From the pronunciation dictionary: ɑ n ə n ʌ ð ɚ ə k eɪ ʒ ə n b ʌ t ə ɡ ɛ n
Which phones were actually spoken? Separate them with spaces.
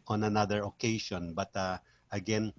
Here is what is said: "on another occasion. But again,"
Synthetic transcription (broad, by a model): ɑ n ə n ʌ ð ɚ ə k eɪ ʃ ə n b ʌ t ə ɡ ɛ n